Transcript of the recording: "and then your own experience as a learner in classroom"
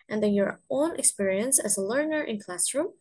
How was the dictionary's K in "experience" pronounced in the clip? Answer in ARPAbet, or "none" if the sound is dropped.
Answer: K